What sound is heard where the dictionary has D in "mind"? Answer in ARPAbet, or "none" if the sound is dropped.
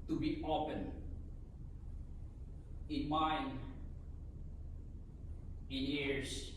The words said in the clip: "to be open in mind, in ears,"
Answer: none